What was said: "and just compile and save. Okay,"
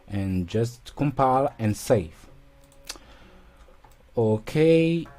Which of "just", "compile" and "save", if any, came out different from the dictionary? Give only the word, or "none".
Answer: save